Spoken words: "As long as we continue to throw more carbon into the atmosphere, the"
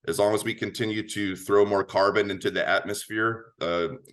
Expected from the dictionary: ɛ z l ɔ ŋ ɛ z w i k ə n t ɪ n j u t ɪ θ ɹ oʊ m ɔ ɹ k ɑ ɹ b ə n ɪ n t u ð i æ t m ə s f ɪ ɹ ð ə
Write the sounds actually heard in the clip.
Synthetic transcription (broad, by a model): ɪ z l ɔ ŋ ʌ z w i k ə n t ɪ n j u t ɪ θ ɹ oʊ m ɔ ɹ k ɑ ɹ b ə n ɪ n t u ð i æ t m ə s f ɪ ɹ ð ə